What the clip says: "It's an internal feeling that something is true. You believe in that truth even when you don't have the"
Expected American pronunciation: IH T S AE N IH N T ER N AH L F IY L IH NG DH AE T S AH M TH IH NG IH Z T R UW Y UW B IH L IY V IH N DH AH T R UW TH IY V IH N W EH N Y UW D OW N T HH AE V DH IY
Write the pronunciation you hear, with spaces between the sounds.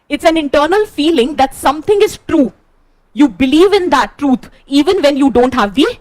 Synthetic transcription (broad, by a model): IH T S AE N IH N T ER N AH L F IY L IH NG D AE T S AH M T IH NG IH Z T R UW Y UW B IH L IY V IH N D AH T R UW T IY V IH N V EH N Y UW D OW N T HH AE V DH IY